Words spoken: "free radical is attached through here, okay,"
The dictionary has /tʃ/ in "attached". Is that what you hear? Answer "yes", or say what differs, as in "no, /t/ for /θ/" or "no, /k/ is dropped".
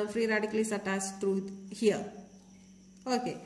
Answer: no, /s/ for /tʃ/